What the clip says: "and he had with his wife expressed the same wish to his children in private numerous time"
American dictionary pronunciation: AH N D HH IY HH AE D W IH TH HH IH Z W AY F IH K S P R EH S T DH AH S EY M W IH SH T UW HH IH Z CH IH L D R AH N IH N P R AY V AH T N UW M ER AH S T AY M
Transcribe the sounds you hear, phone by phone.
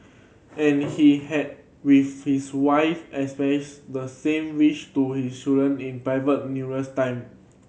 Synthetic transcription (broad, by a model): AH N HH IY HH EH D W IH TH HH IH S W AY F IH S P EH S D AH S EY M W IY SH T UW HH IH S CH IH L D R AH N IH N P R AY V AH T N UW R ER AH S T AY M